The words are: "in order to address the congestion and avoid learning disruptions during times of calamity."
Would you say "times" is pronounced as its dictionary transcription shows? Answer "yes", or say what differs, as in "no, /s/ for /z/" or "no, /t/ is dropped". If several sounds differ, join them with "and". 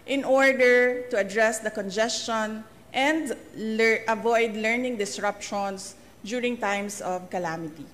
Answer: no, /s/ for /z/